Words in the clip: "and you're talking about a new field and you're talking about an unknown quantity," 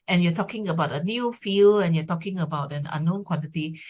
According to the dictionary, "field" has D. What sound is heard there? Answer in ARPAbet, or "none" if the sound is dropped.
none